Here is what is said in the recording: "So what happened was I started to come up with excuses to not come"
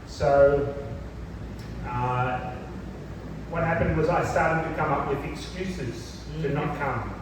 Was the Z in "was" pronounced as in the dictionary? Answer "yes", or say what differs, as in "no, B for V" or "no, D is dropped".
yes